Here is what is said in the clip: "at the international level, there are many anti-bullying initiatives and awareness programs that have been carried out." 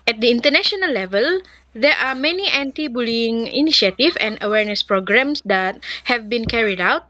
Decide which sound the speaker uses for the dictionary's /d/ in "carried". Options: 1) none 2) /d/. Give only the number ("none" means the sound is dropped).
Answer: 2